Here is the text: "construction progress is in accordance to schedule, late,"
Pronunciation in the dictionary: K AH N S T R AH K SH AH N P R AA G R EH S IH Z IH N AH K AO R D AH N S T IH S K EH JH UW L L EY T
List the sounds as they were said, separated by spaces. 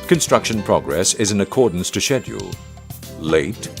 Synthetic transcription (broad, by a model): K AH N S T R AH K SH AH N P R AA G R EH S IH Z IH N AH K AO R D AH N S T IH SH EH JH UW L L EY T